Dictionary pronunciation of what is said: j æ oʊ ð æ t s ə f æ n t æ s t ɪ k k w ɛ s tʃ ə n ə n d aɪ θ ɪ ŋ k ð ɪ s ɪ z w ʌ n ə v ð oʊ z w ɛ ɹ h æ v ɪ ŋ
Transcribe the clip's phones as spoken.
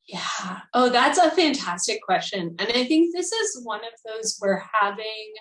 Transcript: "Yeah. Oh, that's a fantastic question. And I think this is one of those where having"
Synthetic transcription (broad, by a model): j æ oʊ ð æ t s ə f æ n t æ s t ɪ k k w ɛ s tʃ ə n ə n aɪ θ ɪ ŋ k ð ɪ s ɪ z w ʌ n ə v ð oʊ z w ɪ ɹ h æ v ɪ ŋ